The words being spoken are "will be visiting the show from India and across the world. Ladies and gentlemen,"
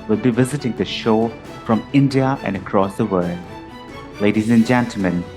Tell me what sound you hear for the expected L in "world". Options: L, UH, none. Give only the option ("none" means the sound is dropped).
L